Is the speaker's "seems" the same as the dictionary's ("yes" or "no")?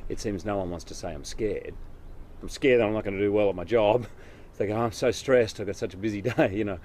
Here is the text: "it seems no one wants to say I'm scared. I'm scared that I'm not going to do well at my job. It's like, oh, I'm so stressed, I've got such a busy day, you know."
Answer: yes